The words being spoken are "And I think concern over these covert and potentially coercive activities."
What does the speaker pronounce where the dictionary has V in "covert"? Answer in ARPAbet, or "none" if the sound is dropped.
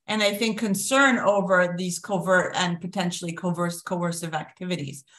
V